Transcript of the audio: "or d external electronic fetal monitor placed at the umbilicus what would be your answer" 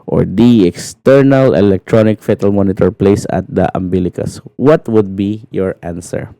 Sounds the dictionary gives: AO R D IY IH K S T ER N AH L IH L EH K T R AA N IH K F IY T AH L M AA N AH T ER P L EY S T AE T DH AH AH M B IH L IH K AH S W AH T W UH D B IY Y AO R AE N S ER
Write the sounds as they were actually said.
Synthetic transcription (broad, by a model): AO R D IY IH K S T ER N AH L IH L EH K T R AA N IH K F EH T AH L M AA N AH T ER P L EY S AA T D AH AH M B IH L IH K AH S W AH T W UH D B IY Y AO R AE N S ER